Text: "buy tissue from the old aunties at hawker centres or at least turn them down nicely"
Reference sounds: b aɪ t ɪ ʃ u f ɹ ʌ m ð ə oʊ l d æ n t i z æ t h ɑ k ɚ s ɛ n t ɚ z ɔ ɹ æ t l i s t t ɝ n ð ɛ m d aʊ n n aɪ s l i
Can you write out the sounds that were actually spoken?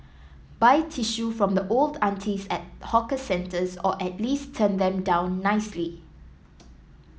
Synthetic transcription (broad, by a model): b aɪ t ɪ ʃ u f ɹ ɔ m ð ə oʊ l d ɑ n t i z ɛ t h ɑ k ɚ s ɛ n t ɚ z ɔ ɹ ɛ t l i s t t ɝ n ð ɛ m d aʊ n n aɪ s l i